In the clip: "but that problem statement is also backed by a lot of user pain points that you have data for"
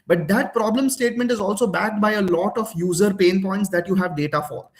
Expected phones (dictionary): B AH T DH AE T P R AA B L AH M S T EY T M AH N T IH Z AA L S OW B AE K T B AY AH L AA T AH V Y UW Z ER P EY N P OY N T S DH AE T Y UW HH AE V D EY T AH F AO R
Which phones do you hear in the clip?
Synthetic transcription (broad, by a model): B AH T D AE T P R AA B L AH M S T EY T M AH N T IH Z AA L S OW B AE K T B AY AH L AA T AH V Y UW Z ER P EY N P OY N T S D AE T Y UW HH AE V D EY T AH F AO R